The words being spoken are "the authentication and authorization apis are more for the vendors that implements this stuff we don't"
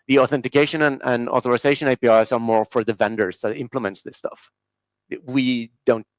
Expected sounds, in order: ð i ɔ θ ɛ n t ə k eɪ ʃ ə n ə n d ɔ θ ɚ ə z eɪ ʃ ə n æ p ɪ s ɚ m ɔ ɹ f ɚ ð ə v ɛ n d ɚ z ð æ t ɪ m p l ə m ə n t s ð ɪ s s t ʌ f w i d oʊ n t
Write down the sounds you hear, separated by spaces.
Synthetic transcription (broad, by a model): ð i ɔ θ ɛ n t ə k eɪ ʃ ə n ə n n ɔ θ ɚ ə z eɪ ʃ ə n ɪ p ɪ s ɚ m ɔ ɹ f ɚ ð ə v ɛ n d ɚ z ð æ t ɪ m p l ə m ə n t s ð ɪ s s t ʌ f w i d oʊ n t